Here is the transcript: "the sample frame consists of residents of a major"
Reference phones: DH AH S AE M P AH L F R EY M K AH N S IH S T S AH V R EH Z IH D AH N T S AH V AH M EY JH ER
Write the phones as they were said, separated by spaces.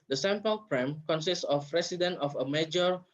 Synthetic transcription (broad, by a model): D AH S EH M P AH L P R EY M K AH N S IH S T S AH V R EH S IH D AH N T AH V AH M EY JH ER